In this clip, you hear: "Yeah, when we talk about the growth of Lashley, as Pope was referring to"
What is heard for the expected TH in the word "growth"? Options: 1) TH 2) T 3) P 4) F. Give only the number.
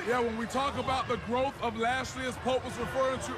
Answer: 1